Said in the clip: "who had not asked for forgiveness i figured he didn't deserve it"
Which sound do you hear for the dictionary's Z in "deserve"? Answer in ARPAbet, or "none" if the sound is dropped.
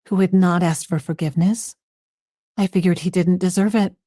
Z